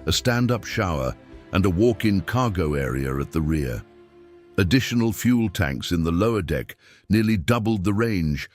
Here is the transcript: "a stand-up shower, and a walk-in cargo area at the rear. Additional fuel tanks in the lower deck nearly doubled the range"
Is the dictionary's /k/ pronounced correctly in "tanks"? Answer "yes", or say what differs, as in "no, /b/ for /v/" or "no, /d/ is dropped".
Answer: yes